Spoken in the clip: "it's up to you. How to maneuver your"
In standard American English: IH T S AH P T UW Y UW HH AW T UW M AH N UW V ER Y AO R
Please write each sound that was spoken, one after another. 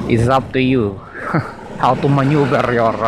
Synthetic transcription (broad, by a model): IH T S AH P T UW Y UW HH AW T UW M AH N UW B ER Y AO R